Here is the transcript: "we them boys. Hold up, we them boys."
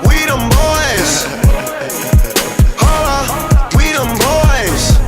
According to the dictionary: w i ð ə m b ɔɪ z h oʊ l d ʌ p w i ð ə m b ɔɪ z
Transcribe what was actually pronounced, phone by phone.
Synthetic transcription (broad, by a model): w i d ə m b ɔɪ z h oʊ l ʌ w i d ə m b ɔɪ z